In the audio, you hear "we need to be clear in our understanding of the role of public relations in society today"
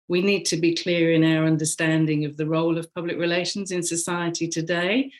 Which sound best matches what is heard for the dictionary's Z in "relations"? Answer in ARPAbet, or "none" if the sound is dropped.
Z